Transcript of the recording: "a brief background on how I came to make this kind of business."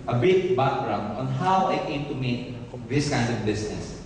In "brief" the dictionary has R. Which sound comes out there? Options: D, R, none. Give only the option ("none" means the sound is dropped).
none